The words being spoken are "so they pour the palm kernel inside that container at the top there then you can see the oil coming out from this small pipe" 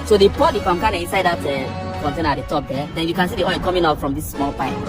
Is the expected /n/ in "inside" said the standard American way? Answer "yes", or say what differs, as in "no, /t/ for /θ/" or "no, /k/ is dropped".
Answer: yes